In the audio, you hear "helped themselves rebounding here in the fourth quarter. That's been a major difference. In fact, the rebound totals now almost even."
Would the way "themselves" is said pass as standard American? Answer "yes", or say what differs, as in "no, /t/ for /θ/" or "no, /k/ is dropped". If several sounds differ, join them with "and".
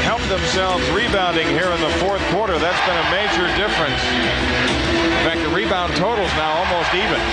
yes